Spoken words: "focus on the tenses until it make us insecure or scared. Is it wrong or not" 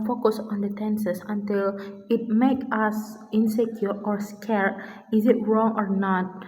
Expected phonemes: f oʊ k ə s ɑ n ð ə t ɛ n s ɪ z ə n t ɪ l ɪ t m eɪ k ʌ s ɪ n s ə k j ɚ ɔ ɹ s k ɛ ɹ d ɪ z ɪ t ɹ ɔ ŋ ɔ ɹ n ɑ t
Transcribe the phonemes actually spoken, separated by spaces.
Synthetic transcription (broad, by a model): f oʊ k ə s ɑ n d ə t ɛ n s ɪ s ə n t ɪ l ɪ t m eɪ k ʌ s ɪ n s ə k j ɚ ɔ ɹ s k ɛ ɹ ɪ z ɪ t ɹ ɔ ŋ ɔ ɹ n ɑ t